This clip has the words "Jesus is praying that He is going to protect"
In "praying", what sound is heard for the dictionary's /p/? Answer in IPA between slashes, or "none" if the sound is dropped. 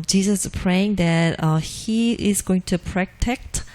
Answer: /p/